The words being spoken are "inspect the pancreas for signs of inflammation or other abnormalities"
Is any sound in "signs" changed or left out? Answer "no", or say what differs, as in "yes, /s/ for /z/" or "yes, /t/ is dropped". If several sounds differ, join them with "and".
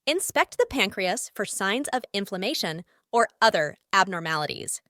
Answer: no